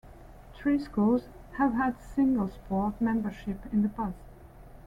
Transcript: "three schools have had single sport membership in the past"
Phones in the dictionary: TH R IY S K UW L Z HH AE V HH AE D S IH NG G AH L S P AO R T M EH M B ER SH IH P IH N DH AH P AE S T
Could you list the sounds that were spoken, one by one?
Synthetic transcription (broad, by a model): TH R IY S K UW L Z HH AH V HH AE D S IH NG G AH L S P AO R T M EH M B ER SH IH P IH N DH AH B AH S